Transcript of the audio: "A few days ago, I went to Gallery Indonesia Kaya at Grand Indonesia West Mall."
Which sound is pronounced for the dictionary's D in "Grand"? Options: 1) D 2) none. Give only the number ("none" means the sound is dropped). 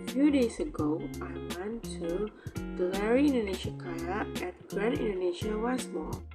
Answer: 2